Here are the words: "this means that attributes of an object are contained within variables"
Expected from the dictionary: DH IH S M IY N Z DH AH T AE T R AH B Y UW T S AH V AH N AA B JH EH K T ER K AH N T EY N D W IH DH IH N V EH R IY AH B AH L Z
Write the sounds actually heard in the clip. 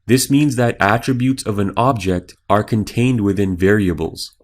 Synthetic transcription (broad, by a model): DH IH S M IY N Z DH AH T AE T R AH B Y UW T S AH V AH N AA B JH EH K T ER K AH N T EY N D W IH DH IH N V EH R IY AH B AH L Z